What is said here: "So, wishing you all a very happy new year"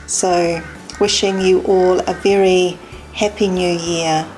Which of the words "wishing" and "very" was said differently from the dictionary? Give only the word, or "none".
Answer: none